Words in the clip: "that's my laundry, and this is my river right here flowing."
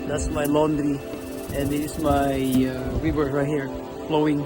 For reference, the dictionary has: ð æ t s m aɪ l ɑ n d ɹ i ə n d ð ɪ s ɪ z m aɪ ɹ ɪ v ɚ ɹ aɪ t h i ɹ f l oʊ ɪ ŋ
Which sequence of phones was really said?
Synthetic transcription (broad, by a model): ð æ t s m aɪ l ɑ n d ɹ i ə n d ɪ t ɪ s m aɪ w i w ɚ ɹ aɪ t h i ɹ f l oʊ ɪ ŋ